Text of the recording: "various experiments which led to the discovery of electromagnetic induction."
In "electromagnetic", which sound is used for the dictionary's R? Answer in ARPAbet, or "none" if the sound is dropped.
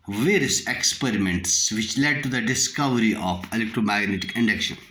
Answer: R